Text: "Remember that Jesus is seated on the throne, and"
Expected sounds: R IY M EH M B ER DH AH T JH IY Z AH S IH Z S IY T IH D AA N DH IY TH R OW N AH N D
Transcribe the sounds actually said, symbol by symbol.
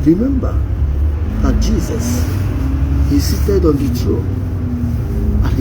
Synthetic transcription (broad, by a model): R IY M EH M B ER DH AH T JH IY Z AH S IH S IY T IH D AA N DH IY T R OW AH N